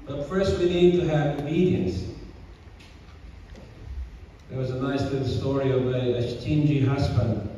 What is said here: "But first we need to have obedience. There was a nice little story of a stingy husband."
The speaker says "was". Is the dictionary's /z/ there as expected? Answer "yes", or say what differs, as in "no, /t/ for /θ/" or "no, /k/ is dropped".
yes